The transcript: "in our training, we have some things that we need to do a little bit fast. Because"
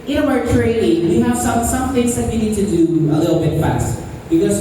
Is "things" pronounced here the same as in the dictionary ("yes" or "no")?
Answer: yes